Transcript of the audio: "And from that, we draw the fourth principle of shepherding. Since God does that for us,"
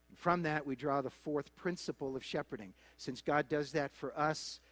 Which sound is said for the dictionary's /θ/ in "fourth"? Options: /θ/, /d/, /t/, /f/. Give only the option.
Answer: /θ/